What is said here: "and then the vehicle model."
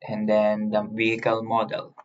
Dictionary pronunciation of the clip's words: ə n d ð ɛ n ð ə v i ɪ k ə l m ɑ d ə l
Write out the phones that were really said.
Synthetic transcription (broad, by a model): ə n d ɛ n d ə v i ɪ k ə l m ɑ d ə l